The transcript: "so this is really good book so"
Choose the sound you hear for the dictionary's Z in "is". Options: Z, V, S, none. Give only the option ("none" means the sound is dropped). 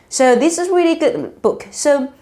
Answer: Z